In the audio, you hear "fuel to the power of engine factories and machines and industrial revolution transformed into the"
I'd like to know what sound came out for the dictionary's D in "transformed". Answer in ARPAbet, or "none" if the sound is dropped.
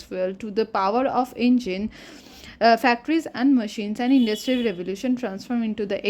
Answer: none